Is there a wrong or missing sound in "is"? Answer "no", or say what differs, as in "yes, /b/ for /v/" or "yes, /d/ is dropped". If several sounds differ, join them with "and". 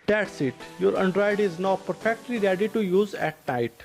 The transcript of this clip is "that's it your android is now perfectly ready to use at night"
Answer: no